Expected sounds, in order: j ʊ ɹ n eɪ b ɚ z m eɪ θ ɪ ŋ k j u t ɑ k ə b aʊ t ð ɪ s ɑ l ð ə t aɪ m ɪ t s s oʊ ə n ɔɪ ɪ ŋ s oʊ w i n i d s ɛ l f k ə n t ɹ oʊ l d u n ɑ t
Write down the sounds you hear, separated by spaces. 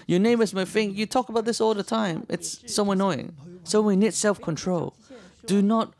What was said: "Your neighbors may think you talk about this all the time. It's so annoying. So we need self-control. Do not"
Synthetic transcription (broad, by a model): j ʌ ɹ n eɪ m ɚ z m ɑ f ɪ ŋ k j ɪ t ɑ k ə b aʊ t ð ɪ s ɑ l ð ə t aɪ m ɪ t s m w ə n ɔɪ ɪ ŋ s oʊ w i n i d s ɛ l f k ə n t ɹ oʊ l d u n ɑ t